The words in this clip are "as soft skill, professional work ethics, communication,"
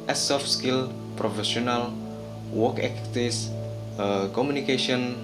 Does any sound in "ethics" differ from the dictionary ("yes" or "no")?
yes